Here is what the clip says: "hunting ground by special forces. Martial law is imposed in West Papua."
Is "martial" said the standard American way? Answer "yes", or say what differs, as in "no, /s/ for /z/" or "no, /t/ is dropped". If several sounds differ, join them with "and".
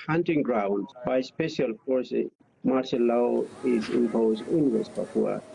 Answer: no, /s/ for /ʃ/